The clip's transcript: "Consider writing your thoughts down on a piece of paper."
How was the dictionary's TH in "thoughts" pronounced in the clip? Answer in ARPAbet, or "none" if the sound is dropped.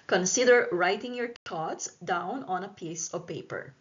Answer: T